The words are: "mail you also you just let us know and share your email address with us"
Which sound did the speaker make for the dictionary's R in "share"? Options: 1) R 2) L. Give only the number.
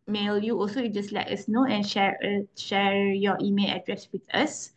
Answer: 1